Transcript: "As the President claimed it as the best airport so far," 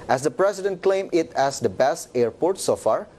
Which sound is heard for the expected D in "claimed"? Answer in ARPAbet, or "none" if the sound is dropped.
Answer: none